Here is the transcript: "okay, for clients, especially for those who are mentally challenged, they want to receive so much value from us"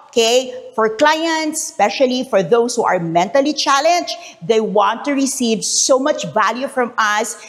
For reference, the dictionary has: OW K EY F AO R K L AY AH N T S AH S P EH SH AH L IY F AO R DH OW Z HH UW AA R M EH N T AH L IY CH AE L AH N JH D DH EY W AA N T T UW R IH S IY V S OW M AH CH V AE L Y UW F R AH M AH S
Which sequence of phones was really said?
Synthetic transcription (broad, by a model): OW K EY F AO R K L AY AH N T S S P EH SH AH L IY F AO R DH OW S HH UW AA R M EH N T AH L IY CH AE L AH N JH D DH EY W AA N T T UW R IH S IY V S OW M AH CH V AE L Y UW F R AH M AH S